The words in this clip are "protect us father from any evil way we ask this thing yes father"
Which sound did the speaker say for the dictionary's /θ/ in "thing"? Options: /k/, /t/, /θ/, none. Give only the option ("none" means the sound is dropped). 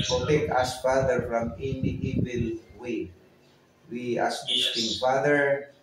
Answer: /t/